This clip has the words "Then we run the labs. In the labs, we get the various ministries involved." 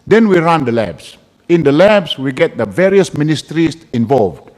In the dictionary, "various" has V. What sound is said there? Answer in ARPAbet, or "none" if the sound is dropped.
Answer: V